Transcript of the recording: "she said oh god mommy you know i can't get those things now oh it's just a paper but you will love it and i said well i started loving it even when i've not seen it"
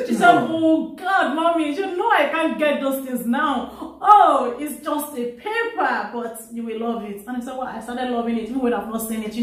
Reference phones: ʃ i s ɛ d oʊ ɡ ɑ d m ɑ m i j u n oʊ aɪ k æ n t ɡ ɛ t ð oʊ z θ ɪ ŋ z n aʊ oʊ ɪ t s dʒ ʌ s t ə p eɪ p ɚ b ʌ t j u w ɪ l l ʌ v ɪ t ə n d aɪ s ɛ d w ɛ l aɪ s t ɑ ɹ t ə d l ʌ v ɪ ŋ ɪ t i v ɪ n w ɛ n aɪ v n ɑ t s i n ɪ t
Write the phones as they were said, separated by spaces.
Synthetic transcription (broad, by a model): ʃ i s ɛ d oʊ ɡ ɑ d m ɑ m i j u n oʊ aɪ k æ n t ɡ ɛ t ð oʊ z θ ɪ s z n aʊ oʊ ɪ t s dʒ ʌ s t ə p eɪ p ɚ b ʌ t j u w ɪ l l ʌ v ɪ t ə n aɪ s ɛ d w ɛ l aɪ s t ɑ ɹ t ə d l ʌ v ɪ ŋ ɪ t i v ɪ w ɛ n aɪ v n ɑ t s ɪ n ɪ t